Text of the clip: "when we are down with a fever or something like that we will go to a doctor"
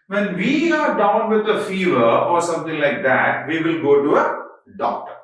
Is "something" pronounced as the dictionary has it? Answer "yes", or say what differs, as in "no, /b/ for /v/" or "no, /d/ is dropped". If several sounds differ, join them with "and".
no, /t/ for /θ/